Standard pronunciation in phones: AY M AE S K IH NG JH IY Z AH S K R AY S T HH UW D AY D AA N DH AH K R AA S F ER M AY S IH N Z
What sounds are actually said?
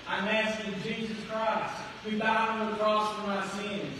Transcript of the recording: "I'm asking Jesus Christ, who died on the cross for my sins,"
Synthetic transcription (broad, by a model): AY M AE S IH JH IY Z AH S K R AY S T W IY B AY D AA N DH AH K R AA S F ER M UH S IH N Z